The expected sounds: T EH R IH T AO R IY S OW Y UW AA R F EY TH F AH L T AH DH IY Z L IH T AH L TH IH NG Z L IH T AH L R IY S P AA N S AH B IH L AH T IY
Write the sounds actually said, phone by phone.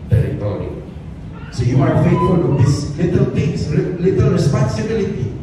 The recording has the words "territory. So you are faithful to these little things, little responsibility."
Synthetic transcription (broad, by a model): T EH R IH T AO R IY S OW Y UW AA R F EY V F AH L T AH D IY S L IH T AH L T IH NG S L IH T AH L R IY S P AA N S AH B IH L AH T IY